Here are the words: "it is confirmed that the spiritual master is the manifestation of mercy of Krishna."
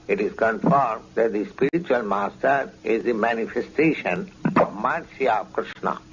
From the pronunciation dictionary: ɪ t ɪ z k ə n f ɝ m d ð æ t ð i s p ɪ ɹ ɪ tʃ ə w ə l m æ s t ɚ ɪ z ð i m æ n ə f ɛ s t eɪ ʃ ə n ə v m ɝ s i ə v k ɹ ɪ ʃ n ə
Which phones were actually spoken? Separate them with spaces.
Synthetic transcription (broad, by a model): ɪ t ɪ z k ə n f ɝ m d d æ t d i s p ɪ ɹ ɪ tʃ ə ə l m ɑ s t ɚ ɪ z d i m æ n ə f ɛ s t eɪ ʃ ə n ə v m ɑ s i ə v k ɹ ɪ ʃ n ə